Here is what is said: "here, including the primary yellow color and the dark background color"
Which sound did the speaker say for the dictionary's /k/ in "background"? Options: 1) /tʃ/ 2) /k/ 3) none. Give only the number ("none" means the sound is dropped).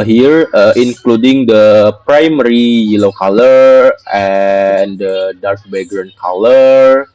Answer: 3